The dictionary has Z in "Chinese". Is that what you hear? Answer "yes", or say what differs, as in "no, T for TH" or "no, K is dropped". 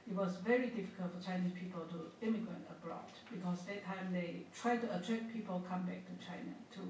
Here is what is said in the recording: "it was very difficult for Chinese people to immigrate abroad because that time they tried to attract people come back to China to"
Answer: no, S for Z